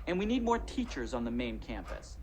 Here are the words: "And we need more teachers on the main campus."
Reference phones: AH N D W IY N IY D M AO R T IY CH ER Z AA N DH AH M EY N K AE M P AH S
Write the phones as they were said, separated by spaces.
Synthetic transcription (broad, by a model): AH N W IY N IY D M AO R T IY CH ER Z N DH AH M EY N K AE M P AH S